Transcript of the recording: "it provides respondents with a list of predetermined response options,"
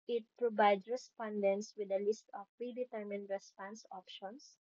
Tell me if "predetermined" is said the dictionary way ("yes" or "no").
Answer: yes